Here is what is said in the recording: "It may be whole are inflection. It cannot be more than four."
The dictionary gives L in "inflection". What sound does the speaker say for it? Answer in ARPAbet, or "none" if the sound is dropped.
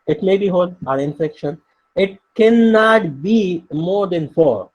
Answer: none